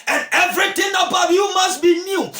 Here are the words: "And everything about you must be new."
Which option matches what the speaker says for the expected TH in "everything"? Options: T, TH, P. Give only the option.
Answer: T